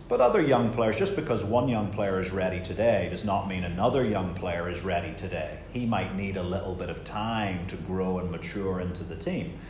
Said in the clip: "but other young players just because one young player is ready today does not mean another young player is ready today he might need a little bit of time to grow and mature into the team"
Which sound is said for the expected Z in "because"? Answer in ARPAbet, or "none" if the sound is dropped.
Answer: Z